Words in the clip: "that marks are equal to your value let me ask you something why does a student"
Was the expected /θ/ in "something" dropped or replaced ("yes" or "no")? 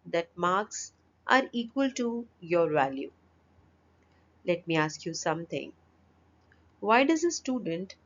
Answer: yes